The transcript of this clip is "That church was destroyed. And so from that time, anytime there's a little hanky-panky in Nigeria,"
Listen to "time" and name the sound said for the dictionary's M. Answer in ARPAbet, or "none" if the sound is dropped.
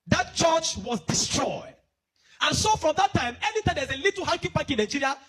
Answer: M